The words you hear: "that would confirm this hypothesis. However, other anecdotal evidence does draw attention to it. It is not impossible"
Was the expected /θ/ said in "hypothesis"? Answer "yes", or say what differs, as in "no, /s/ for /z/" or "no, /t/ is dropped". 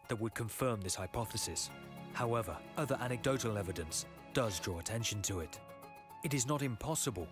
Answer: yes